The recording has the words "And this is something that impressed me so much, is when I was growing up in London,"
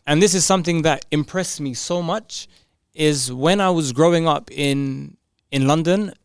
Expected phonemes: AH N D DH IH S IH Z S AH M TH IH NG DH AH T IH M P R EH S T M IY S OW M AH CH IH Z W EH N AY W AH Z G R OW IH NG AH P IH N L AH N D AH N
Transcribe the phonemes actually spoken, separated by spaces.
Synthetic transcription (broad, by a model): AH N DH IH S IH Z S AH M TH IH NG DH AH T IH M P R EH S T M IY S OW M AH CH IH Z W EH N AY W AH Z G R OW IH NG AH P IH N L AH N D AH N